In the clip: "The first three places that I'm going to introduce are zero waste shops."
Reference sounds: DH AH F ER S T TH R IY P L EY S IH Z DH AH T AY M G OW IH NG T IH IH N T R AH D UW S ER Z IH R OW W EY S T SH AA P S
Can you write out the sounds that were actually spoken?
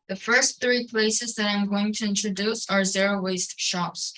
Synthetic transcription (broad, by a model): DH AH F ER S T TH R IY P L EY S IH Z DH AH T AY M G OW IH NG T IH IH N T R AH D UW S ER Z IH R OW W EY S T SH AA P S